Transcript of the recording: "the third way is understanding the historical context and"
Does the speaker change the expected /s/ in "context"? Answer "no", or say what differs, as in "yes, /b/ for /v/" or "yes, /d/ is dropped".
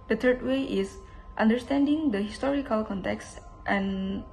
no